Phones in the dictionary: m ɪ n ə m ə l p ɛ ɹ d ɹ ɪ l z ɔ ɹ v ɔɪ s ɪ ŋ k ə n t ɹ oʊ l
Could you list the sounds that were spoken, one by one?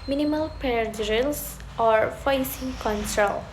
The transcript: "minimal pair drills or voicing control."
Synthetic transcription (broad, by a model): m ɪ n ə m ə l p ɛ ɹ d ɹ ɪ l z ɔ ɹ f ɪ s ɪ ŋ k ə n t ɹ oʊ l